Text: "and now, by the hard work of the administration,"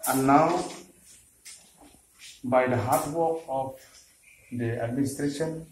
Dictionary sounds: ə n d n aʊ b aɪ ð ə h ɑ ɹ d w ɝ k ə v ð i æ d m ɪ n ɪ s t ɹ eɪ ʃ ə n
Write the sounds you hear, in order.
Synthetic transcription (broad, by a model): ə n n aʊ b aɪ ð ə h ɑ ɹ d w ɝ ə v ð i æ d m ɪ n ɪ s t ɹ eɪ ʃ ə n